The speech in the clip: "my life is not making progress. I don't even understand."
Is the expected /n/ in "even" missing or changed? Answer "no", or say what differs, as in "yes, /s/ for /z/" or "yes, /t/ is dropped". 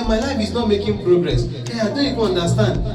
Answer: yes, /n/ is dropped